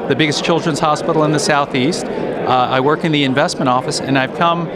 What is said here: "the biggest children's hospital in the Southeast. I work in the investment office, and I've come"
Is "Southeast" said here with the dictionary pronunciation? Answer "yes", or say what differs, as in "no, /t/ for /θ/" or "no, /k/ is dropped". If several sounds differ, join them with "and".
yes